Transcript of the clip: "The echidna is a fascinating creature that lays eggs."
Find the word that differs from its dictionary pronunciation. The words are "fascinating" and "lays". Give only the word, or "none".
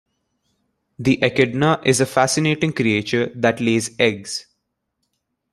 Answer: none